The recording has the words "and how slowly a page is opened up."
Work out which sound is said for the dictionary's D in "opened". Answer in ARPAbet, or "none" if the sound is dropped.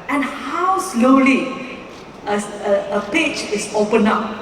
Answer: none